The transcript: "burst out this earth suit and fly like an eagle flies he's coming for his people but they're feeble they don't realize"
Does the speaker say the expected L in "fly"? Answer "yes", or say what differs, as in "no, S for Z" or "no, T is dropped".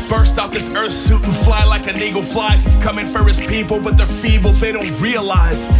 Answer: yes